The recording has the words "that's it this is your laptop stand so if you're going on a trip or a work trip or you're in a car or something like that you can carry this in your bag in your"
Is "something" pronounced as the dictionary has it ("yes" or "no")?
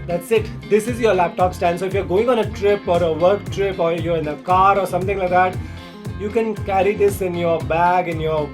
no